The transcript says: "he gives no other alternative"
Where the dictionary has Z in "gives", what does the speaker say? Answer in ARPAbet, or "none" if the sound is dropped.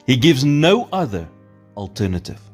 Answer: Z